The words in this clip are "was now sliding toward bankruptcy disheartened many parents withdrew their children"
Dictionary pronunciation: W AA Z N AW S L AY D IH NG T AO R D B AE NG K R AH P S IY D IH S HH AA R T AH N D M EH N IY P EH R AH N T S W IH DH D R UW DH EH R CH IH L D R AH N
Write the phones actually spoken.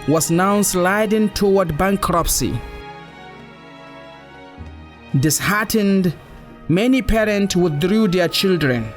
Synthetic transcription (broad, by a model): W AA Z N AW S L AY D IH NG T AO W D B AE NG K R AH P S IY D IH S HH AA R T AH N D M EH N IY P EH R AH N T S W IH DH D R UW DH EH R CH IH L D R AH N